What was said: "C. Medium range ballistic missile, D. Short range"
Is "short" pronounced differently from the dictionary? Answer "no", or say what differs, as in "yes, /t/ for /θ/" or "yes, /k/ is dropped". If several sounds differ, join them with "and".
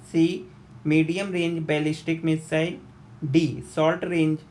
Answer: yes, /s/ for /ʃ/ and /l/ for /ɹ/